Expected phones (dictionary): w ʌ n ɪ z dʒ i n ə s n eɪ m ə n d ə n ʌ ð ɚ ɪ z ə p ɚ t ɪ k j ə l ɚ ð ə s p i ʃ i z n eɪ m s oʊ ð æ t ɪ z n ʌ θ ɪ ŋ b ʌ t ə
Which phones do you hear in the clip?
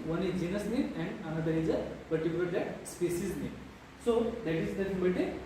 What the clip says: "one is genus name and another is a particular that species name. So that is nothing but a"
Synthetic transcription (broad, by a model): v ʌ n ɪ dʒ i n ə s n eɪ ə n d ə n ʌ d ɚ ɪ z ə p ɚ t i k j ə l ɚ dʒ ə s p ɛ s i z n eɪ s oʊ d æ t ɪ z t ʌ s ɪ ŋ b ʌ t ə